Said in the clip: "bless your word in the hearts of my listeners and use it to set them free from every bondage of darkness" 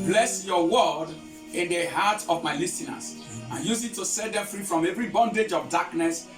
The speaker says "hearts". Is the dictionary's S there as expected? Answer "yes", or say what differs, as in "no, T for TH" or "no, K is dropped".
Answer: no, S is dropped